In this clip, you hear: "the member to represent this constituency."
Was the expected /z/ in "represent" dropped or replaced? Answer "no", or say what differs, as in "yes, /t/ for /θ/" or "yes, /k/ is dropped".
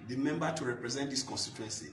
no